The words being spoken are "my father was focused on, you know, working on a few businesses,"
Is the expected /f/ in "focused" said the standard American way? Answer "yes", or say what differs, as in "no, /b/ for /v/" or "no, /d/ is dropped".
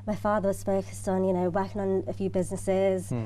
no, /p/ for /f/